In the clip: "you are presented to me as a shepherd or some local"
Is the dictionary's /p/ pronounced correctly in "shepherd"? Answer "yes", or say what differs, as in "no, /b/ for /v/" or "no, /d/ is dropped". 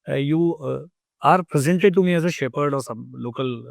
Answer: yes